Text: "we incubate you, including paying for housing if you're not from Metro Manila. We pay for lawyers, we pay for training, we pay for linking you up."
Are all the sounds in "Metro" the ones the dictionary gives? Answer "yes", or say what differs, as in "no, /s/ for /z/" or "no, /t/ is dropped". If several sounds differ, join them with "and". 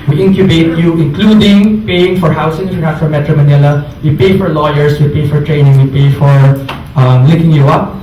yes